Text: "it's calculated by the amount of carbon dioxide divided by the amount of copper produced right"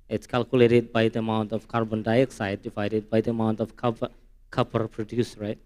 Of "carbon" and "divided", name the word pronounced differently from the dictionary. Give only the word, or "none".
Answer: divided